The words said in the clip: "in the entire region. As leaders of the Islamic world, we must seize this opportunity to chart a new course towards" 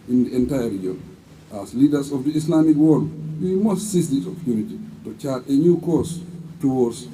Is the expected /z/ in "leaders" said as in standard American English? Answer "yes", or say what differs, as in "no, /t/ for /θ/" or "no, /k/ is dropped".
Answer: no, /s/ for /z/